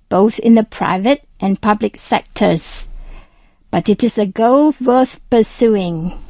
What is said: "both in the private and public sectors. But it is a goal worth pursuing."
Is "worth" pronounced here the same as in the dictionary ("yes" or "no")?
yes